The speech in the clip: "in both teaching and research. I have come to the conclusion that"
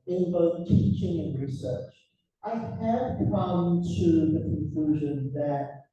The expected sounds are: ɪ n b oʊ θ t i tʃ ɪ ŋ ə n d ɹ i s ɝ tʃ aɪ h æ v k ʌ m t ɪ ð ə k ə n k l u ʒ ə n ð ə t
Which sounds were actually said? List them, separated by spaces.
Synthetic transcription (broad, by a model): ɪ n b oʊ θ t i tʃ ɪ ŋ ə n ɹ i s ɝ tʃ aɪ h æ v k ʌ m t ɪ ð ə k ə n k l u ʒ ə n ð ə t